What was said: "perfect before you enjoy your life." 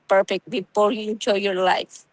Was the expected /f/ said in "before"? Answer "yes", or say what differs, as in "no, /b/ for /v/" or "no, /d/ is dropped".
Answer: no, /p/ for /f/